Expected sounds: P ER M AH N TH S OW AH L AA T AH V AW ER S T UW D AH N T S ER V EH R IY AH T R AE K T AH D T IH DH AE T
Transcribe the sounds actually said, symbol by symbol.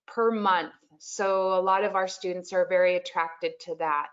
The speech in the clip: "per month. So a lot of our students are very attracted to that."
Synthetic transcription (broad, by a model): P ER M AH N TH S OW AH L AA T AH V AW ER S T UW D N T S ER V EH R IY AH T R AE K T AH D T IH DH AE T